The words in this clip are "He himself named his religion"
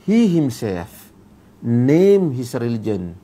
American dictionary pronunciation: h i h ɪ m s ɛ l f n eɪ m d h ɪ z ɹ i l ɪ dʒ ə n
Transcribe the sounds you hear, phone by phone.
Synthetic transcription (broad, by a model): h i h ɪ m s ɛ f n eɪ m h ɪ s ɹ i l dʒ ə n